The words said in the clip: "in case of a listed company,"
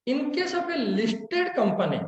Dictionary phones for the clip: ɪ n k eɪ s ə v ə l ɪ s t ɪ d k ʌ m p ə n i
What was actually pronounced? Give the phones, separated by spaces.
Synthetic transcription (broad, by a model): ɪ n k eɪ s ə b ə l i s t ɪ d k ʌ m p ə n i